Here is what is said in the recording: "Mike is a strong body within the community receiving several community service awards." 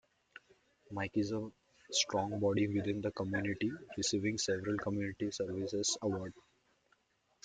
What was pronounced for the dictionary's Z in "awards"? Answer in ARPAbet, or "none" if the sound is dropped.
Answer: none